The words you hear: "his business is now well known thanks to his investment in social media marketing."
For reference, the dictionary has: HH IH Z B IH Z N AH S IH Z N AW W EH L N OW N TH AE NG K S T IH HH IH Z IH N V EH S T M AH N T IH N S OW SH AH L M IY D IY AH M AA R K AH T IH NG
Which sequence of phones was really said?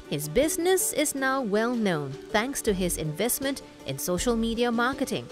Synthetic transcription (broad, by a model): HH IH Z B IH Z N AH S IH Z N AW W EH L N OW N TH AE NG K S T IH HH IH Z IH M V EH S T M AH N T IH N S OW SH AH L M IY D IY AH M AA R K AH T IH NG